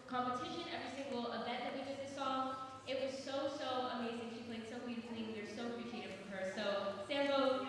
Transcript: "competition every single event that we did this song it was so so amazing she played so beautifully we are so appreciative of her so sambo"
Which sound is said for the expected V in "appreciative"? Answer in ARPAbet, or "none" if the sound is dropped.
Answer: F